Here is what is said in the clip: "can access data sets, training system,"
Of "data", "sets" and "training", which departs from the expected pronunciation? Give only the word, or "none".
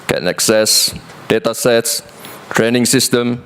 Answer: none